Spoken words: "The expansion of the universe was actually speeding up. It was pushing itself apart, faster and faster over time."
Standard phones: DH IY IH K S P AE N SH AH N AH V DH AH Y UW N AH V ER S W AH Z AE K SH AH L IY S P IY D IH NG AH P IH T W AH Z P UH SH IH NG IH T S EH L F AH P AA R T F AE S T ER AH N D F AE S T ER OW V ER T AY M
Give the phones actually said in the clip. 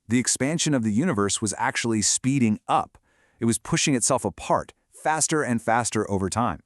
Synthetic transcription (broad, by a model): DH IY IH K S P AE N SH AH N AH V DH AH Y UW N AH V ER S W AH Z AE K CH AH L IY S P IY D IH NG AH P IH T W AH Z P UH SH IH NG IH T S EH L F AH P AA R T F AE S T ER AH N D F AE S T ER OW V ER T AY M